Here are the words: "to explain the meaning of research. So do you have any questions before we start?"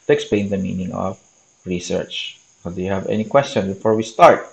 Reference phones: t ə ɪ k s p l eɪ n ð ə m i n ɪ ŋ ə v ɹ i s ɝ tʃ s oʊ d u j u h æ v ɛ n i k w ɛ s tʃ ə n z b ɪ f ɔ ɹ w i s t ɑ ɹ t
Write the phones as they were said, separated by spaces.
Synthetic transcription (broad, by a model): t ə k s p l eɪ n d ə m i n ɪ ŋ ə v ɹ i s ɝ tʃ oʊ d u j u h æ v ɛ n i k w ɛ s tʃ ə n b ɪ f ɔ ɹ w i s t ɑ ɹ t